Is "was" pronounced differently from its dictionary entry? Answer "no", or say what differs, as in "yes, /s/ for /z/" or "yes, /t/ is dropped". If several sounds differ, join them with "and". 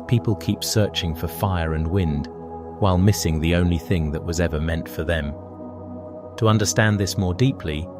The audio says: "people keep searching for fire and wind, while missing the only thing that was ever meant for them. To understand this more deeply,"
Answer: no